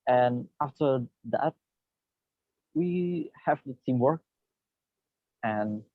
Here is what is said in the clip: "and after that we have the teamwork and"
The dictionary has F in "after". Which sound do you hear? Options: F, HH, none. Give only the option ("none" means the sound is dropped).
F